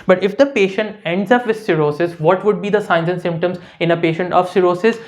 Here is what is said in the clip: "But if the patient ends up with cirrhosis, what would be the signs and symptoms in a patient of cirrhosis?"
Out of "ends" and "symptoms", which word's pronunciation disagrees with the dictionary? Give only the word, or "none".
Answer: none